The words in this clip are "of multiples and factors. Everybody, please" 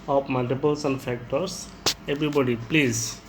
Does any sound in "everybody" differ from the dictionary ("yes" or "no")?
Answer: yes